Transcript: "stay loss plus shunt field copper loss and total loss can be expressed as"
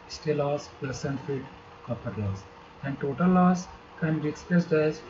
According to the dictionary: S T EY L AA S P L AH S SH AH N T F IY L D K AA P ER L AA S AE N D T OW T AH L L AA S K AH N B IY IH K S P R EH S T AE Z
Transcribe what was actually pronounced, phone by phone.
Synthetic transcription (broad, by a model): S T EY L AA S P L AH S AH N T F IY D K AA P ER L AA S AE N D T OW T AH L L AA S K AH N B IY IH K S P R EH S T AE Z